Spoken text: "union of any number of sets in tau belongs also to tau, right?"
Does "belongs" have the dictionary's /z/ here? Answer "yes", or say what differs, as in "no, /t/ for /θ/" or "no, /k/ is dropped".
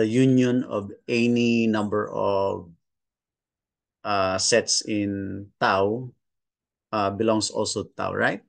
no, /s/ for /z/